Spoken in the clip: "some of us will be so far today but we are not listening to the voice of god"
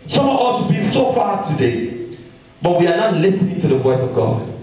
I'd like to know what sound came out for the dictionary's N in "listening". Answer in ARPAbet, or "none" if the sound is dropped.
N